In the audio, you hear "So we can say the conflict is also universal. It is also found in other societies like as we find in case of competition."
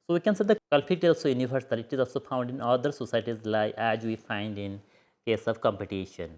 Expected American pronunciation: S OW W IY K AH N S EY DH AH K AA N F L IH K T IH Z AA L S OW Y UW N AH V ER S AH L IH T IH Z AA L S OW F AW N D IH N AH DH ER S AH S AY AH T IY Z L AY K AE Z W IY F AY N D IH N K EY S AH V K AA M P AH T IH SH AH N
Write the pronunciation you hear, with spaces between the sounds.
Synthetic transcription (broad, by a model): S OW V IY K AH N S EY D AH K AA L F IH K T IH Z AA L S OW Y UW N AH V ER S AH L IH T IH Z AA L S OW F AW N D IH N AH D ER S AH S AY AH T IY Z L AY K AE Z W IY F AY N D IH N K EY S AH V K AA M P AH T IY SH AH N